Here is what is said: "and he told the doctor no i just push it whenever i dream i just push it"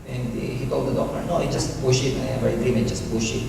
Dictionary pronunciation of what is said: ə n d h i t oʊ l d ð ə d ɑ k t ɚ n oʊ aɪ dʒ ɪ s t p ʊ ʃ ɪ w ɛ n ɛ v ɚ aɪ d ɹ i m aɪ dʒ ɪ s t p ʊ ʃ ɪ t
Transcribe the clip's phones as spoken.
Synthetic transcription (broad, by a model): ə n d h i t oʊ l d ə d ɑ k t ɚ n oʊ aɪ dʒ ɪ s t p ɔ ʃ ɪ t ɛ ɛ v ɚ aɪ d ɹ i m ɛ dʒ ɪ s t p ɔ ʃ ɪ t